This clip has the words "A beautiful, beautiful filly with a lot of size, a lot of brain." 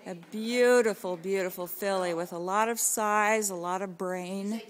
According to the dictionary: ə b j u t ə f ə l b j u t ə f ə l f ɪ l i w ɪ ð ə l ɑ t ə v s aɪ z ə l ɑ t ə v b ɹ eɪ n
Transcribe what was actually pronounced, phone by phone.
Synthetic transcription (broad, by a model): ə b j u t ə f l b j u t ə f l f ɪ l i w ɪ ð ə l ɑ t ə v s aɪ z ə l ɑ t ə v b ɹ eɪ n